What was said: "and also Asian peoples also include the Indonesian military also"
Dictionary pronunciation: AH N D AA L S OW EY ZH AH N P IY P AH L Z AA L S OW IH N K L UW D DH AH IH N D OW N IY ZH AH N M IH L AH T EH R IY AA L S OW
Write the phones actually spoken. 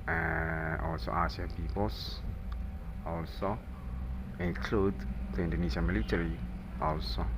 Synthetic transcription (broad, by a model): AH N AA L S OW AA S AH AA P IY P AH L S AA L S OW IH N K L UW D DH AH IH N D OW N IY SH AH M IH L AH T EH R IY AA L S OW